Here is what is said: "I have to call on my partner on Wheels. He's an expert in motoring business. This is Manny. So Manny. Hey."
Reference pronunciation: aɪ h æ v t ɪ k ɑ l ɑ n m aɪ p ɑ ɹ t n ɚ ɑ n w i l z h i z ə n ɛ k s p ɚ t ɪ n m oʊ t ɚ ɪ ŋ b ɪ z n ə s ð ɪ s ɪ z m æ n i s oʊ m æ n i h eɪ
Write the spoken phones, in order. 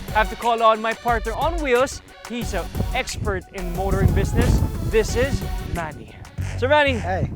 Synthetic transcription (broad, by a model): h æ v t ɪ k ɑ l ɑ n m aɪ p ɑ ɹ t n ɚ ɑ n w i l s h i z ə ɛ k s p ɚ t ɪ n m oʊ t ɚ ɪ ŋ b ɪ z n ə s ð ɪ s ɪ z m æ n i s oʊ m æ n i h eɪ